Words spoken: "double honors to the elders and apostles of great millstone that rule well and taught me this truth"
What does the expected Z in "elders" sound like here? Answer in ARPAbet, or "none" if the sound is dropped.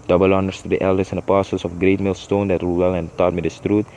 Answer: S